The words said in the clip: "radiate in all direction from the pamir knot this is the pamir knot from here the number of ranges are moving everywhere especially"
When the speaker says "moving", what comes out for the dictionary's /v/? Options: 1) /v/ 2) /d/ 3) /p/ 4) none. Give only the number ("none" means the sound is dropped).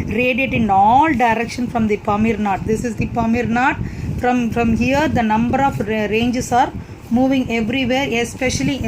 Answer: 1